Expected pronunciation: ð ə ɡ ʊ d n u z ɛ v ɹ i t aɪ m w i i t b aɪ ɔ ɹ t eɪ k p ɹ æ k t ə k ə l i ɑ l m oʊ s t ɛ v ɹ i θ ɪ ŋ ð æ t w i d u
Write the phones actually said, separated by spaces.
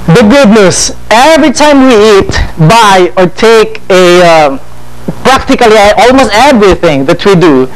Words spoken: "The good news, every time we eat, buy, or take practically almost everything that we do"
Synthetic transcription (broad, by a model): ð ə ɡ ʊ d n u s ɛ v ɹ i t aɪ m w i i t b aɪ ɔ ɹ t eɪ k p ɹ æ k t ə k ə l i ɑ l m oʊ s t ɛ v ɹ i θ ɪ ŋ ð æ t w i d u